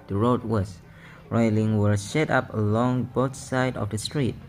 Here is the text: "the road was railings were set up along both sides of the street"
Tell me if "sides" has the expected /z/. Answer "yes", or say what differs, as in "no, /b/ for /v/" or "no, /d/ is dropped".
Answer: no, /z/ is dropped